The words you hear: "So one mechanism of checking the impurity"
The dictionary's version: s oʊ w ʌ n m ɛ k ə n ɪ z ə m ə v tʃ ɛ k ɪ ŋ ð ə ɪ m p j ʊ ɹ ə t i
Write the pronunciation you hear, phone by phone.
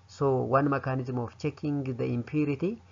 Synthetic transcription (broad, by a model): s oʊ w ʌ n m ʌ k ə n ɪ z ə m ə f tʃ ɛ k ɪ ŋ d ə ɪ m p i ɹ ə t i